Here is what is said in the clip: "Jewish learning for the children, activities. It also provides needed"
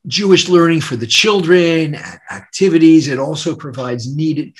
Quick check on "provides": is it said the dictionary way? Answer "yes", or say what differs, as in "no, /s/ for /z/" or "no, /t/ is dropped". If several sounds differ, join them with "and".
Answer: yes